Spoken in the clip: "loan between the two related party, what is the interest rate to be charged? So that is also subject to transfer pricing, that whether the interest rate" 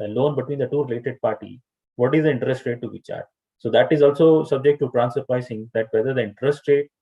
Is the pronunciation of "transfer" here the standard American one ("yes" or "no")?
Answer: no